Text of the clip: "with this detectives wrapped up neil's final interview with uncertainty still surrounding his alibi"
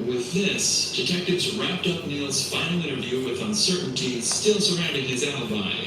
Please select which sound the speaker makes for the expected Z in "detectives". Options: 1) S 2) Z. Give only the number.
2